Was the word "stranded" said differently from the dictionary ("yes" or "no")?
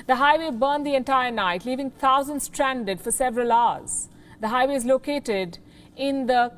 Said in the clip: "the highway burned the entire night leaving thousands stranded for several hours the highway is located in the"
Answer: no